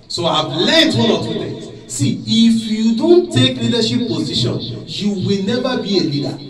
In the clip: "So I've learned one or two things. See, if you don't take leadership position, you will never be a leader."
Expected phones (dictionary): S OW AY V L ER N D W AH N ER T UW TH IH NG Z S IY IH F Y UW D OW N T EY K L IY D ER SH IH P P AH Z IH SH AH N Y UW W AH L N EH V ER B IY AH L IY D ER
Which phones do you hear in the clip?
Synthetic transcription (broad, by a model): S OW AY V L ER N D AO L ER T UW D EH S IY IH F Y UW D OW N T EY K L IY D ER SH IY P P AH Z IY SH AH N Y UW W AH L N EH V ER B IY AH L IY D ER